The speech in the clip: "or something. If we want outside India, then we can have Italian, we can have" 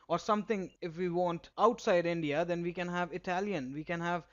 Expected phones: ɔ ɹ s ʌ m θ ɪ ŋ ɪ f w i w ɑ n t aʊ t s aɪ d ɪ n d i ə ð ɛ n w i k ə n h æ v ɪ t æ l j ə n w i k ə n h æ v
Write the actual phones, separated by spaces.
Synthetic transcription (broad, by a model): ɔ ɹ s ʌ m t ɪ ŋ ɪ f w i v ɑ n t aʊ t s aɪ d ɪ n d i ə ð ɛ n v i k ə n h æ v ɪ t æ l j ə n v i k ə n h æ v